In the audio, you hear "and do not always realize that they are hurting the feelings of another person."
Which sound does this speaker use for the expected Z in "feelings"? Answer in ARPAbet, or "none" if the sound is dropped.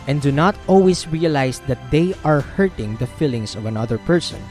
S